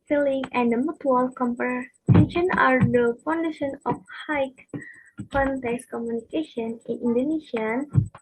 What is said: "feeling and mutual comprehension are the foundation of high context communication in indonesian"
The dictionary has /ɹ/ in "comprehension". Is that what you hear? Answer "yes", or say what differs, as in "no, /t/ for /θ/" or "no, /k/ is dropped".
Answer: no, /ɹ/ is dropped